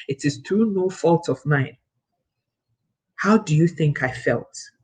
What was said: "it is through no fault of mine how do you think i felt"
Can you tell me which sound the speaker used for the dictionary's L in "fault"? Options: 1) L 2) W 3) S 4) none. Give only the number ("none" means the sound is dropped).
1